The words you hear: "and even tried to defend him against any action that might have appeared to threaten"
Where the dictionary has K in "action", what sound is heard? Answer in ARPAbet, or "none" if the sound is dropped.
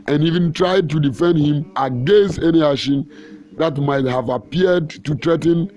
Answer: none